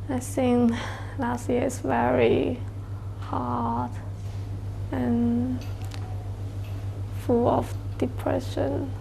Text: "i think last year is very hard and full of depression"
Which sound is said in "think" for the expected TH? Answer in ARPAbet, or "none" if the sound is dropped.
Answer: S